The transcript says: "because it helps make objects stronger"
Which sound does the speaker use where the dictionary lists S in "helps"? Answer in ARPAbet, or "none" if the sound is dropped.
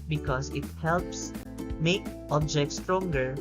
S